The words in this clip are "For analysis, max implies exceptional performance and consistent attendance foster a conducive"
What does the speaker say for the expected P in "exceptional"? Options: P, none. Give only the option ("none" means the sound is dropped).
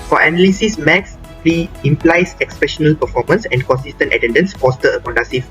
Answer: none